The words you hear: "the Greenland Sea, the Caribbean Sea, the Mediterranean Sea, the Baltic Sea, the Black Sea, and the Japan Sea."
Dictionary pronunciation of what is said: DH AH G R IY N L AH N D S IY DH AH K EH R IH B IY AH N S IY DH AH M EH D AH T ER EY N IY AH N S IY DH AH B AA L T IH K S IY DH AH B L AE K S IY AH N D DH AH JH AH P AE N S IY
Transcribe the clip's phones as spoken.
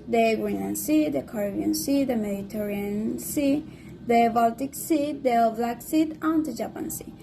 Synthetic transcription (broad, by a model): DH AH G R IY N AH N S IY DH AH K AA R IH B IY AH N S IY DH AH M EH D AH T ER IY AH N S IY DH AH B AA L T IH K S IY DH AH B L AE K S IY AH N D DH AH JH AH P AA N S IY